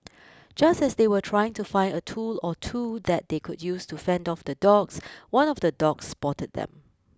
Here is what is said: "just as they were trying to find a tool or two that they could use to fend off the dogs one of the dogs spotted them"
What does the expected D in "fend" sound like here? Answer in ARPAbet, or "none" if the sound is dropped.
D